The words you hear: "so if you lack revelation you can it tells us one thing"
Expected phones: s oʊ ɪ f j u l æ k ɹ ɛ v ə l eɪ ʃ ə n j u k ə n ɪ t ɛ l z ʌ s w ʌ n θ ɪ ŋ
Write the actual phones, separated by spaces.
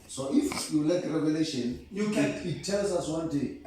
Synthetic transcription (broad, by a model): s oʊ ɪ f j u l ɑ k ɹ ɛ v ə l eɪ ʃ ə n j u k ə n ɪ t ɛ l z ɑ s w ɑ n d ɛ